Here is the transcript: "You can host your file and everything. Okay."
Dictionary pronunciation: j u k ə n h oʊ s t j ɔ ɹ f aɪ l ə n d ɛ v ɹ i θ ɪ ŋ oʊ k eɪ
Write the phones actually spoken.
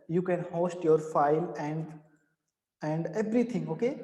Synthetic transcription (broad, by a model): j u k ə n h oʊ s t j ɔ ɹ f aɪ l ə n d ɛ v ɹ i t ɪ ŋ oʊ k eɪ